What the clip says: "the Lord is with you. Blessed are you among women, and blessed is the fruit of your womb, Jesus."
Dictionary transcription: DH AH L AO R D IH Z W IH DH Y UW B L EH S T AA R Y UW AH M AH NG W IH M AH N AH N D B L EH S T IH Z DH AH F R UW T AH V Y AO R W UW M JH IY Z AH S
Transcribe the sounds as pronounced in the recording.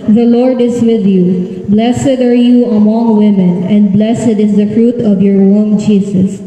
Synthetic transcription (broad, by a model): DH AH L AO R D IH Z W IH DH Y UW B L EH S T AA R Y UW AH M AH NG W IH M AH N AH N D B L EH S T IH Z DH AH F R UW T AH V Y AO R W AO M JH IY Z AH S